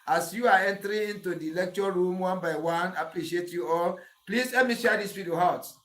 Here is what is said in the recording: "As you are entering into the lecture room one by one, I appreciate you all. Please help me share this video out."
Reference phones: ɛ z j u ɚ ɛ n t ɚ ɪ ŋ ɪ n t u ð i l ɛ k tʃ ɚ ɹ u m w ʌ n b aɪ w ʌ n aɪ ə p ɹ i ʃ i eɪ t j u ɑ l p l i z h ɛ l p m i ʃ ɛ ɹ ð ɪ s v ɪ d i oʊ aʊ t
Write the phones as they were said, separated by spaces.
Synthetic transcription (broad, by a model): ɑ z j u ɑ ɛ n t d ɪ ɪ n t u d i l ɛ k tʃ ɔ ɹ u m w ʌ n b aɪ w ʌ n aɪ ə p ɹ i ʃ i eɪ t j u ɑ l p l i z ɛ m i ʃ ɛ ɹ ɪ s f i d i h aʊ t